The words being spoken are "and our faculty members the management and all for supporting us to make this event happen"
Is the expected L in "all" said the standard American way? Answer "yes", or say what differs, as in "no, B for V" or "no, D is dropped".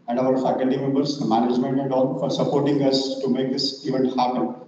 no, N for L